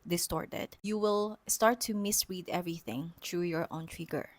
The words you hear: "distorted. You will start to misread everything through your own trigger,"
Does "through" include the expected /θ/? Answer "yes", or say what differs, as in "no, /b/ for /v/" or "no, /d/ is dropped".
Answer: no, /t/ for /θ/